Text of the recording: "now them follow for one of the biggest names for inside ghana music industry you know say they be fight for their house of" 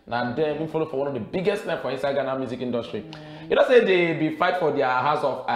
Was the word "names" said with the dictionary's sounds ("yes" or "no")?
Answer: no